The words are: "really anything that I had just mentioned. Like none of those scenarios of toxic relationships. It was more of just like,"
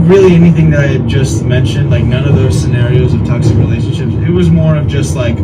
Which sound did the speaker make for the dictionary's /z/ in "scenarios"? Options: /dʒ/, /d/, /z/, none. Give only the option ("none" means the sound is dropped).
/z/